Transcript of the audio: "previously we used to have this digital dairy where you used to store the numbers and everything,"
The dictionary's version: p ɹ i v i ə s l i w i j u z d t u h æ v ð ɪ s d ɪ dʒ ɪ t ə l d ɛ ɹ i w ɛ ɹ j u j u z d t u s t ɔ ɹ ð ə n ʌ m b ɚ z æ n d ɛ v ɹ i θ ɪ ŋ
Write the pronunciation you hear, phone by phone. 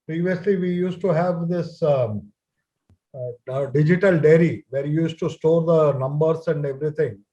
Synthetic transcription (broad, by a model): p ɹ i v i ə s l i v i j u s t t u h æ v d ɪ s d ɪ dʒ ɪ t ə l d ɛ ɹ i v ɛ ɹ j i j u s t t u s t ɔ ɹ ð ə n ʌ m b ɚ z æ n d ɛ v ɹ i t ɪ ŋ